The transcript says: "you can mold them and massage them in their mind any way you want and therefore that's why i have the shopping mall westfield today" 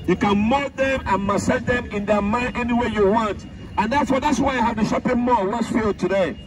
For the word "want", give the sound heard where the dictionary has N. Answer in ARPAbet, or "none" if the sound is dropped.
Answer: N